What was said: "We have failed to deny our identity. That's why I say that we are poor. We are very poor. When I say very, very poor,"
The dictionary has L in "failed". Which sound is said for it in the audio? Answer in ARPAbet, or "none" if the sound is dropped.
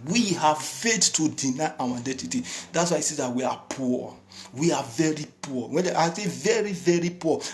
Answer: none